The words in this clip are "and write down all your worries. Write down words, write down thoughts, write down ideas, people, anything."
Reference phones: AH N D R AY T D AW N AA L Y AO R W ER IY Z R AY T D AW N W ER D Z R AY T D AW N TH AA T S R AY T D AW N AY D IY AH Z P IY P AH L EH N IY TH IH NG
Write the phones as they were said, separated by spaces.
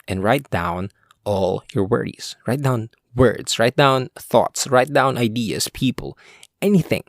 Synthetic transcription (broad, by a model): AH N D R AY T D AW N AA L Y AO R W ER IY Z R AY T D AW N W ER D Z R AY T D AW N TH AA T S R AY T D AW N AY D IY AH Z P IY P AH L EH N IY TH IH NG